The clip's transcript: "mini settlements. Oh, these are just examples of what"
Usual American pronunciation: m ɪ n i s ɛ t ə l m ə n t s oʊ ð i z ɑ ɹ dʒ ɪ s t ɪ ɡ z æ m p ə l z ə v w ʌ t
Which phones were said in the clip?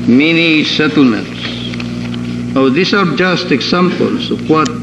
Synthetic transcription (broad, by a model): m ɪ n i s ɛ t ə l m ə n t s oʊ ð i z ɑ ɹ dʒ ɪ s t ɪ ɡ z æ m p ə l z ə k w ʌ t